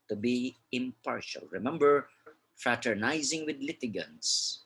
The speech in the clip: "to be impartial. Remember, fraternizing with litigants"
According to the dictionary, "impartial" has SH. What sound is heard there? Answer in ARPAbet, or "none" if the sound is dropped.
SH